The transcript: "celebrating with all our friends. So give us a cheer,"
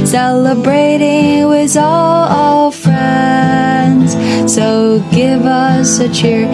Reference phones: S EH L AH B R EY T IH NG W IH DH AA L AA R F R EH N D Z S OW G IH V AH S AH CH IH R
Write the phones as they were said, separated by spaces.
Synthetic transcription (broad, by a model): S EH L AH B R EY T IH NG W IH DH AA L AA L F R EH N D Z S OW G IH V AH S AH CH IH R